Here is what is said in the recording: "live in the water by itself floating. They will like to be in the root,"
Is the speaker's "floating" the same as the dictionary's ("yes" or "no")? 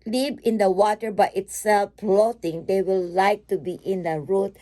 no